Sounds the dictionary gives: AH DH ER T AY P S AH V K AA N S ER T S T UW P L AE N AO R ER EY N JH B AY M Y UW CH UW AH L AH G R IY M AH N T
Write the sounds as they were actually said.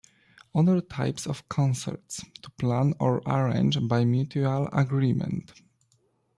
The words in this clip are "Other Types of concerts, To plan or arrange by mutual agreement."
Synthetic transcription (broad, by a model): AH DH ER T AY P S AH F K AA N S ER T S T UW P L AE N AO R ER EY N JH B AY M Y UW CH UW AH L AH G R IY M AH N T